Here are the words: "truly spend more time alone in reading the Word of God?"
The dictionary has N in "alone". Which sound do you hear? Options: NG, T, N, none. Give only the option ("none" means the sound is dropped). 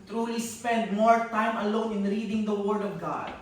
N